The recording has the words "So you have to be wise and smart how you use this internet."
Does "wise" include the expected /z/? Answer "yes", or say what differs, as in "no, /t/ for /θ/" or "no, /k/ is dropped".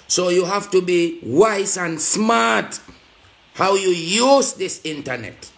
no, /s/ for /z/